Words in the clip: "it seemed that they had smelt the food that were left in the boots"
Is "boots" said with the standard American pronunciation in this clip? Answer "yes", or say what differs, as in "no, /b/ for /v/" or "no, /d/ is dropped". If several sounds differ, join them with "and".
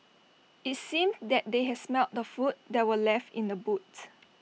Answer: no, /s/ is dropped